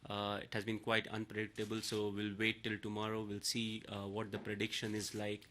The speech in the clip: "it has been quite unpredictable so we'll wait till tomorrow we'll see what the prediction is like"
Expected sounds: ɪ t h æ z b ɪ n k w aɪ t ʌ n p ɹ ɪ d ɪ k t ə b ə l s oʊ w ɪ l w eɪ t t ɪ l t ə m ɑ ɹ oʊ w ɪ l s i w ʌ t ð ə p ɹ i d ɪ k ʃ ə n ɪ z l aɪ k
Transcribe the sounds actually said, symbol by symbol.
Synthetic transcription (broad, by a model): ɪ t h æ z b ɪ n k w aɪ t ʌ n p ɹ ɪ d ɪ k t ə b ə l s oʊ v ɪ l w eɪ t t ɪ l t ə m ɑ ɹ oʊ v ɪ l s i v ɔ t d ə p ɹ i d ɪ k ʃ ə n ɪ z l aɪ k